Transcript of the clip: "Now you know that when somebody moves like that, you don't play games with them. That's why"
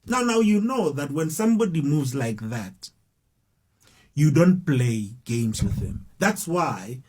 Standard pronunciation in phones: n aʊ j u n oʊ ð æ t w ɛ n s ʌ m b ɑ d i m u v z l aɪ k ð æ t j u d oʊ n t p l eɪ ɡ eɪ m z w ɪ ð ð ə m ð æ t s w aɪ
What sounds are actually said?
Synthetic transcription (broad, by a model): n aʊ j u n oʊ ð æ t w ɛ n s ʌ m b ɑ d i m u v z l aɪ k ð æ t j u d oʊ n t p l eɪ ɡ eɪ m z w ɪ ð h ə m ð æ t s w aɪ